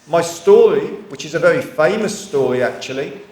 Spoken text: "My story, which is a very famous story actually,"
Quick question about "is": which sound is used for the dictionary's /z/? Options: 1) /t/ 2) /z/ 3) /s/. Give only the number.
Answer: 2